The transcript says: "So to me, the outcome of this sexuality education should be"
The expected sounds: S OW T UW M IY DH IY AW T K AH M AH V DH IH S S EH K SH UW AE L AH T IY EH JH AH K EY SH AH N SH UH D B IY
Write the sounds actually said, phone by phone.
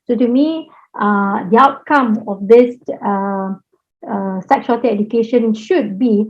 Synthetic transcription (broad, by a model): S OW T UW M IY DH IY AW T K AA M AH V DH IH S S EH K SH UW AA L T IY EH JH AH K EY SH AH N SH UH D B IY